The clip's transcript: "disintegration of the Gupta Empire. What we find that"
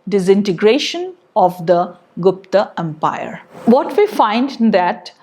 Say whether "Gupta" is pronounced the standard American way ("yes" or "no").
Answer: yes